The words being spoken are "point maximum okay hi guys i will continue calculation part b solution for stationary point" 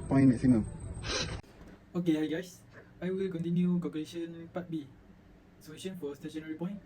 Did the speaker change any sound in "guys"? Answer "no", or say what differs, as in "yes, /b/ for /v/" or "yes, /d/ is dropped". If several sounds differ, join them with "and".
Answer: yes, /s/ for /z/